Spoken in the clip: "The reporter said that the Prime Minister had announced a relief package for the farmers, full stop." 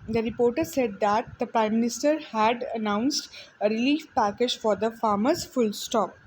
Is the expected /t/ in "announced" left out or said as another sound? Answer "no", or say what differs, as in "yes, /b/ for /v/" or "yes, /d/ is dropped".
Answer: no